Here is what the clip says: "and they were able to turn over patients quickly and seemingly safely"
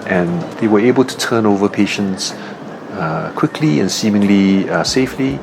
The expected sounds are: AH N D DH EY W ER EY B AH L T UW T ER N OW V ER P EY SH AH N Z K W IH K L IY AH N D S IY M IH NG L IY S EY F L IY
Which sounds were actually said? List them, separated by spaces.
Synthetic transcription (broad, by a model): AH N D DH EY W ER EY B AH L T UW T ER N OW V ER P EY SH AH N S K W IH K L IY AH N S IY M IH NG L IY S EY F L IY